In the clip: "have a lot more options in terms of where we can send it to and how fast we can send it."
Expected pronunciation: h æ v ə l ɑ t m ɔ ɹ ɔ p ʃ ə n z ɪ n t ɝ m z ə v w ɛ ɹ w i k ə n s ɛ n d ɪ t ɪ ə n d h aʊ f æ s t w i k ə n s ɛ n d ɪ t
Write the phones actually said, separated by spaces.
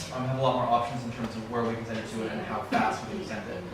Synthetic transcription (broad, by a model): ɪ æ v ə l ɑ t m ɔ ɹ ɔ p ʃ ə n z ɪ n t ɝ m z ə v w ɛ ɹ w i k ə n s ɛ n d ɪ t ɪ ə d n h aʊ f æ s t w i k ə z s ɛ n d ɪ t